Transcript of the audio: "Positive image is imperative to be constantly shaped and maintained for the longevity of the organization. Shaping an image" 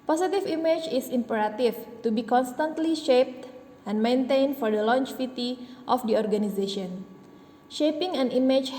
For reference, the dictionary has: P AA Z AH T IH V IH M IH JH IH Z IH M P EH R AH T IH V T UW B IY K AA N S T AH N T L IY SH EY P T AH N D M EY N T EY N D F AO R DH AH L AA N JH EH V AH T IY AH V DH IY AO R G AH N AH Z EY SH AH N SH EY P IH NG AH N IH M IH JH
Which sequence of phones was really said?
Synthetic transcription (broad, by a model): P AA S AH T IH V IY M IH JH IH S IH M P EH R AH T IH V T UW B IY K AA N S T AH N T L IY SH EY P T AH N M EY N T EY N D F AO R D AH L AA N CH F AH T IY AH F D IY AO R G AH N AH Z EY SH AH N SH EY P IH NG AH N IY M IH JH